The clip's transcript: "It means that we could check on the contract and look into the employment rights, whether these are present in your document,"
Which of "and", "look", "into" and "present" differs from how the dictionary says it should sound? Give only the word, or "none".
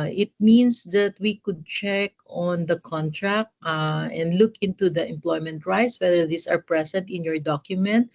present